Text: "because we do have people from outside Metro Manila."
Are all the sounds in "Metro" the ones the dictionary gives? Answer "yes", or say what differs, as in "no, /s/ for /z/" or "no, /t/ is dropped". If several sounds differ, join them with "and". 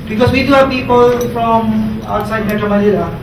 no, /ɹ/ is dropped